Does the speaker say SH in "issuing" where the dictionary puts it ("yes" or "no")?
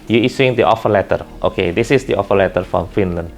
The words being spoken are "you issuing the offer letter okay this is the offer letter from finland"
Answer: no